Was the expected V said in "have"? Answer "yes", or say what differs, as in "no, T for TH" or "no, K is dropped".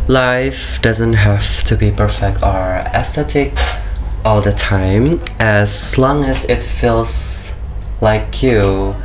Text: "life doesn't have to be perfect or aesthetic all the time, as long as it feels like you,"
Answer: no, F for V